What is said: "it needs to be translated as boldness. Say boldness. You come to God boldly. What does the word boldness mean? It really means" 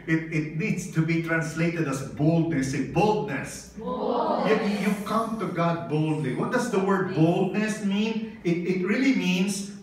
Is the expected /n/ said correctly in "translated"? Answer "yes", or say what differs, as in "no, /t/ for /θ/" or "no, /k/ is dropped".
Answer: yes